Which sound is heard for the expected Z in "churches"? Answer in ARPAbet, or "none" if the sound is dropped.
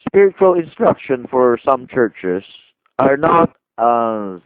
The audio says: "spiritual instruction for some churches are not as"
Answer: S